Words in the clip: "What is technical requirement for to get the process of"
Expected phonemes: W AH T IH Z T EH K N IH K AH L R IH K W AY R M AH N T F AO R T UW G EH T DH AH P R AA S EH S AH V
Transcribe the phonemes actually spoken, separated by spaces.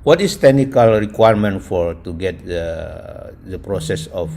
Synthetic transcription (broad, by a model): W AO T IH S T EH K N IH K AH L R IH K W AY R M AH N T F AO R T UW G EH T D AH P R AA S EH S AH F